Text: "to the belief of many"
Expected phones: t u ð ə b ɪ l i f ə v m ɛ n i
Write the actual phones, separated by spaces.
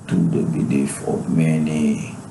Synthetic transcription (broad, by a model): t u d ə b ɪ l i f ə p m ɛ n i